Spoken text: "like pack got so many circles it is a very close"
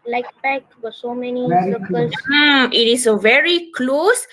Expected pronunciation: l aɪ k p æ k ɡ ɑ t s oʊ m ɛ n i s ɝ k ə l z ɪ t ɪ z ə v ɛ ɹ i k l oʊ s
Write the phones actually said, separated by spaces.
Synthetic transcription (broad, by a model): l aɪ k b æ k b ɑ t s oʊ m ɛ n i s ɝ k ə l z ɪ t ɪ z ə v ɛ ɹ i k l oʊ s